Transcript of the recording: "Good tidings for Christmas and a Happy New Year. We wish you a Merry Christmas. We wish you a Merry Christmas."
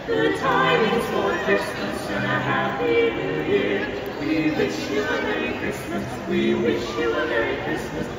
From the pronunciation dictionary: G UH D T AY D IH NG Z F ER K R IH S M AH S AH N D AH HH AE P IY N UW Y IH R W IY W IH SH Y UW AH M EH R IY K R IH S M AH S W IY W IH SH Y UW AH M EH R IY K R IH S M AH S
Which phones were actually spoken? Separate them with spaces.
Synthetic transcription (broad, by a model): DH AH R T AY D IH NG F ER K R IH S M AH S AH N AH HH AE IY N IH Y IH R W IY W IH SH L AH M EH R IY K R IH S M AH S W IY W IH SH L AH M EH R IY K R IH S M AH S